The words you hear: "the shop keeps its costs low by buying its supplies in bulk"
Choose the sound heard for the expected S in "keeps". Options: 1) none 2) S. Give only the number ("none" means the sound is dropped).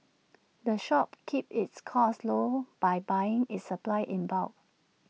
1